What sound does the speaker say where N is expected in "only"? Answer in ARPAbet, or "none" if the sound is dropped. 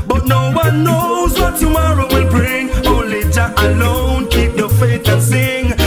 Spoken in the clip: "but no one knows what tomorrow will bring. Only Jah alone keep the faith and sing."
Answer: none